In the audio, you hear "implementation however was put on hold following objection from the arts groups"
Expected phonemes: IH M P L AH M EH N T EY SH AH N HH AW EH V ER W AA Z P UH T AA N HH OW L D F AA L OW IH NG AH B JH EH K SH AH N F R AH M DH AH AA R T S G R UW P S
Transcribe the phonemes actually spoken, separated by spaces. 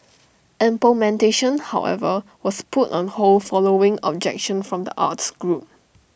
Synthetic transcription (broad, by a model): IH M P AH M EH N T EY SH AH N HH AW EH V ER W AA S P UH T AA N HH OW L F AA L OW IH NG AH B JH EH K SH AH N F R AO M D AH AA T S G R UW P